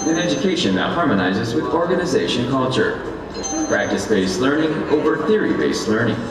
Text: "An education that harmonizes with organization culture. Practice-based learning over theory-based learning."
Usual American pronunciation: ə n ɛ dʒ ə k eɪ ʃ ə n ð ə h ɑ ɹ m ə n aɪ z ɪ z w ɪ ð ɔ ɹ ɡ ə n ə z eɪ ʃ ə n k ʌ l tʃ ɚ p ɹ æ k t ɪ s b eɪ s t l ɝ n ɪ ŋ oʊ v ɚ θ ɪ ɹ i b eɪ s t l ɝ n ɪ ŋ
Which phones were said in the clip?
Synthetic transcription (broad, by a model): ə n ɛ dʒ ə k eɪ ʃ ə n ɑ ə h ɑ ɹ m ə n aɪ z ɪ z w ɪ ð ɔ ɹ ɡ ə n ə z eɪ ʃ ə n k ʌ l tʃ ɚ p ɹ æ k t ɪ s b eɪ s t l ɝ n ɪ ŋ oʊ v ɚ θ ɪ ɹ i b eɪ s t l ɝ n ɪ ŋ